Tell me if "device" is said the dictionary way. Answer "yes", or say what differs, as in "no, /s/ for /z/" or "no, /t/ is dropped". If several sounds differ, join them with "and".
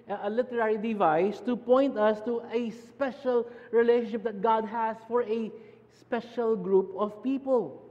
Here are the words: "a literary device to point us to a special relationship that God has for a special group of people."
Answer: yes